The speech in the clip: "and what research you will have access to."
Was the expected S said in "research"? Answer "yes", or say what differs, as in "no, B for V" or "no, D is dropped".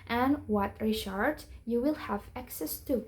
no, SH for S